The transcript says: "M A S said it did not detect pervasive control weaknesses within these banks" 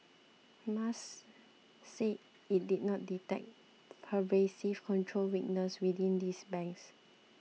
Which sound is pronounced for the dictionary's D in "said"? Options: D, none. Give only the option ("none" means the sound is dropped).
none